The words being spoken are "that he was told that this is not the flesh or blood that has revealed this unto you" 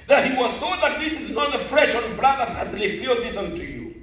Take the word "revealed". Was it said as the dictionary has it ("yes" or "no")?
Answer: no